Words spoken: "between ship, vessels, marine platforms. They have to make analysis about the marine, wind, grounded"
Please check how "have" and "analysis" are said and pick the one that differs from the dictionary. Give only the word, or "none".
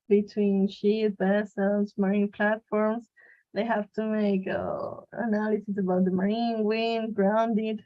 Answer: have